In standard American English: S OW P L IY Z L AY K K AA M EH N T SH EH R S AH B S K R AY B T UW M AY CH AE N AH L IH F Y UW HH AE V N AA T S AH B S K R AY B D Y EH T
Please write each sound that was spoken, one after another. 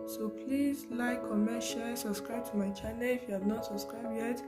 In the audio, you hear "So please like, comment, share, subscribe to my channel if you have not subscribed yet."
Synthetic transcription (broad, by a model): S OW P L IY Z L AY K K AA M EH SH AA L S AH B S K R AY B T UW M AY CH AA N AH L IH F Y UW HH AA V N AA T S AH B S K R AY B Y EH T